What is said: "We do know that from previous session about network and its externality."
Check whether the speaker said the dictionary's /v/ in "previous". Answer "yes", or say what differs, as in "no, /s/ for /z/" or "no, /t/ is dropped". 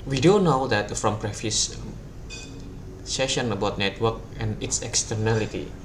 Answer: no, /f/ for /v/